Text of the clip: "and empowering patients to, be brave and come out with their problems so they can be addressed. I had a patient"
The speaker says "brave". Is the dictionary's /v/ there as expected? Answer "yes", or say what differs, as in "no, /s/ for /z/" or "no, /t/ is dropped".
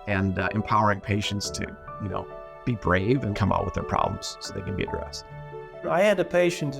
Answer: yes